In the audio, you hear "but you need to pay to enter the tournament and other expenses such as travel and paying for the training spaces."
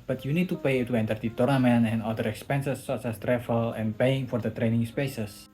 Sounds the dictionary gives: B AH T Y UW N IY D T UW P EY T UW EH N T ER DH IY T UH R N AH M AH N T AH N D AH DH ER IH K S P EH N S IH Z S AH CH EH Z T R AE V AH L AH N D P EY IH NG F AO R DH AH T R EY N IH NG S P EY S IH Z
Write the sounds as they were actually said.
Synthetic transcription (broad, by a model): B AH T Y UW N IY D T UW P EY T UW EH N T ER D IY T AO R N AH M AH N AH N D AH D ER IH K S P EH N S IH S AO S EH S T R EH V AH L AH N P EY IH NG F AO R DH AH T R EY N IH NG S P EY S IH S